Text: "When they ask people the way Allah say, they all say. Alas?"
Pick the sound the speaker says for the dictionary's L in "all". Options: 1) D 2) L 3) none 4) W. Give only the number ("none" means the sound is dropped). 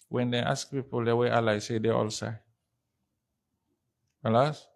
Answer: 2